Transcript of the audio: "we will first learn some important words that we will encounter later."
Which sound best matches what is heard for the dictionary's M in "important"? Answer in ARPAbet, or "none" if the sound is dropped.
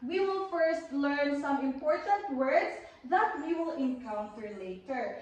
M